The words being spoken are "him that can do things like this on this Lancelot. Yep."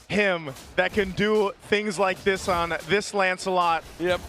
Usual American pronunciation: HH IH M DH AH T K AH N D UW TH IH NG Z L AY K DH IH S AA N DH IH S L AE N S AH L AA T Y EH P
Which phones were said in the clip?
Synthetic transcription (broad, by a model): HH IH M DH AH T K AH N D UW TH IH NG Z L AY K DH IH S N DH IH S L AE N S AH L AA T Y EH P